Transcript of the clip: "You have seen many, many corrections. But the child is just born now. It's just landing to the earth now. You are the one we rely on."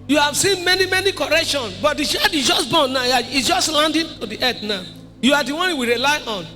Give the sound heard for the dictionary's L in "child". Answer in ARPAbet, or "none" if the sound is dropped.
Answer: none